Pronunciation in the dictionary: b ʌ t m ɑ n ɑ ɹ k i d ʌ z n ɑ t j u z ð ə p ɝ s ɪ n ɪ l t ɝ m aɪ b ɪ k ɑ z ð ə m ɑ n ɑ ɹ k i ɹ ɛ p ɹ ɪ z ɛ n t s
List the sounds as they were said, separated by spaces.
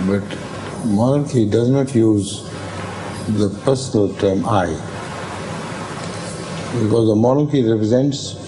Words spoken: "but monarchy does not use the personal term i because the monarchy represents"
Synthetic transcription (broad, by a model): b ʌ t m ɑ n ɑ ɹ k i d ʌ z n ɑ t j u z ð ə p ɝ s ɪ n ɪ l t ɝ m aɪ b ɪ k ɑ z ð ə m ɑ n ɑ ɹ k i ɹ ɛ p ɹ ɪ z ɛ n t s